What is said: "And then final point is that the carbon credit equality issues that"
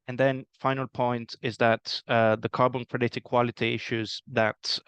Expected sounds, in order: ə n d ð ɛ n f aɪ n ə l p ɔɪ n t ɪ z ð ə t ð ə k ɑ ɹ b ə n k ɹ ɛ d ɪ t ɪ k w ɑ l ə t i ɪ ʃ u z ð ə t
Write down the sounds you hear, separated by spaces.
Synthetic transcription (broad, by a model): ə n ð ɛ n f aɪ n ə l p ɔɪ n t ɪ z ð ə t ð ə k ɑ ɹ b ə n k ɹ ɛ d ɪ t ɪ k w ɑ l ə t i ɪ ʃ u z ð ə t